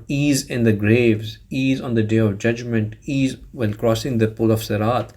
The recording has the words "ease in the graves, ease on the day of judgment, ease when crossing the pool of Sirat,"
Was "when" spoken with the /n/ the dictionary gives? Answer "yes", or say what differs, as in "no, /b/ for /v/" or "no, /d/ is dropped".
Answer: no, /l/ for /n/